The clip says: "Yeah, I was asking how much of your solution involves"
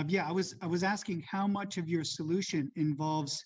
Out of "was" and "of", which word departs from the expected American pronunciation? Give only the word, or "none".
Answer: none